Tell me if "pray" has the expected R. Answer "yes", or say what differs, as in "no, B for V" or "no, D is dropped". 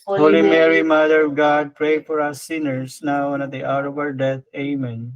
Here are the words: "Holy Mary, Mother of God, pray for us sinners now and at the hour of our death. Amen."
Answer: yes